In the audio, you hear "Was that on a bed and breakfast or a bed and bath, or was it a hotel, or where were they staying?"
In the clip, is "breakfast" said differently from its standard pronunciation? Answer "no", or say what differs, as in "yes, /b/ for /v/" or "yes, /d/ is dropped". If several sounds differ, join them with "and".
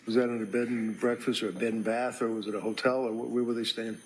no